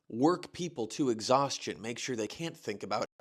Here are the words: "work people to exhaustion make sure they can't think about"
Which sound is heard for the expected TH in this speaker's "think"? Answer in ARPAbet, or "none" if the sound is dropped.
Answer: TH